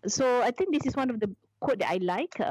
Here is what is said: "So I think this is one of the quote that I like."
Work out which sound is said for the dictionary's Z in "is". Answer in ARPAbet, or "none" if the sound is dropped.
S